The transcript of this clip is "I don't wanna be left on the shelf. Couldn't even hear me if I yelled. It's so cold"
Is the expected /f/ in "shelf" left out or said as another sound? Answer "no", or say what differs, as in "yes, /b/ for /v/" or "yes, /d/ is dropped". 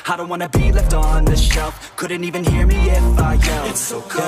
no